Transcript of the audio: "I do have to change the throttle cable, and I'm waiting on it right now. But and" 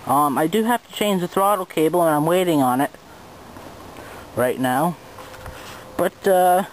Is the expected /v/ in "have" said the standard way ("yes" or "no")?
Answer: no